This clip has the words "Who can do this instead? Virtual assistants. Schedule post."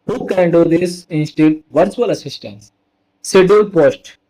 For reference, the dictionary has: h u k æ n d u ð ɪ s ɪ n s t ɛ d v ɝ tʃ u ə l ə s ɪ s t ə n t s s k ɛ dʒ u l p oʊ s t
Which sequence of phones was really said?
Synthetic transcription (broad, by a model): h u k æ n d u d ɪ s ɪ n s t ɛ d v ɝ s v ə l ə s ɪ s t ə n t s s ɛ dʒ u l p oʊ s t